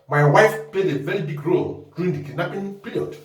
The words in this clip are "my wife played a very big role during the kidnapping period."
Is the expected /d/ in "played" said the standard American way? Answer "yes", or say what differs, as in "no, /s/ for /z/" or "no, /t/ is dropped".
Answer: yes